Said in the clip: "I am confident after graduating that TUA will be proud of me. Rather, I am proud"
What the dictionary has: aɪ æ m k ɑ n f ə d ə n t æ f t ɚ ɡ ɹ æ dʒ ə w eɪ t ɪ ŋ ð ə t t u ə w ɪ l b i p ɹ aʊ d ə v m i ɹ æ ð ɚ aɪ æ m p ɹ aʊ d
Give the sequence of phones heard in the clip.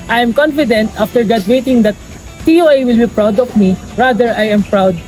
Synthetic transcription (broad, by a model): aɪ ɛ m k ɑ n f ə d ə n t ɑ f t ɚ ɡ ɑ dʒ w eɪ t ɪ ŋ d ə t s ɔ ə w ɪ l b i p ɹ aʊ d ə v m i ɹ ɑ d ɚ aɪ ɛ m p ɹ aʊ d